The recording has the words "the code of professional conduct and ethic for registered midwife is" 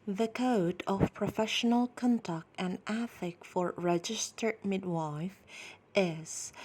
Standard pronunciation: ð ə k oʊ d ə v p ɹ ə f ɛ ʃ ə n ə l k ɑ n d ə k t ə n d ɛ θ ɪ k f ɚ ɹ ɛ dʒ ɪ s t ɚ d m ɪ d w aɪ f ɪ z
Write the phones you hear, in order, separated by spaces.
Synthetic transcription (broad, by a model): ð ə k oʊ d ə v p ɹ ə f ɛ ʃ ə n ə l k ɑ n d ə k t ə n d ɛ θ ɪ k f ɚ ɹ ɛ dʒ ɪ s t ɚ d m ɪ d w aɪ f ɪ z